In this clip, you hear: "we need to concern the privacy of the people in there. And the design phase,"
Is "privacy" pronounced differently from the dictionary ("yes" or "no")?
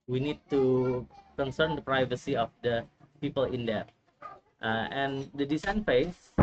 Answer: no